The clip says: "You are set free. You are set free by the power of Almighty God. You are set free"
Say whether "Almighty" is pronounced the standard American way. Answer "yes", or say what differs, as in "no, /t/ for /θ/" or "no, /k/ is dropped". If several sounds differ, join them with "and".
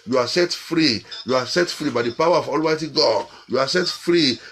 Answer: yes